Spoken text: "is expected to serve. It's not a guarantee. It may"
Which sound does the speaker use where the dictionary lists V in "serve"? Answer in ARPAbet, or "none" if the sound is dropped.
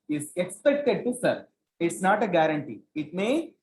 none